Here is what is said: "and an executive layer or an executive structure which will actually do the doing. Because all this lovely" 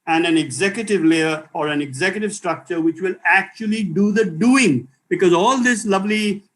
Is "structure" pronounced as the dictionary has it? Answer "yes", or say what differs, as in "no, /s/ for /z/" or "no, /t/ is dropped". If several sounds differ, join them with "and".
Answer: yes